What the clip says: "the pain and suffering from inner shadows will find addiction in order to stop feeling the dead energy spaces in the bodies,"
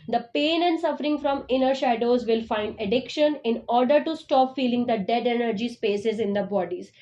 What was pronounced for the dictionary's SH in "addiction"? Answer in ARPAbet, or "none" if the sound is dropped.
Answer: SH